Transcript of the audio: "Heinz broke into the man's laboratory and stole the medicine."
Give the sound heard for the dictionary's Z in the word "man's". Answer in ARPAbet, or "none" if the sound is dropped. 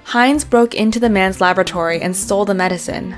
Z